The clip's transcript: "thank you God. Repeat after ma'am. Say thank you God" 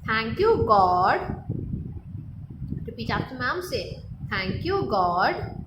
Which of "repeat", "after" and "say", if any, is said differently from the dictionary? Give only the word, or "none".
after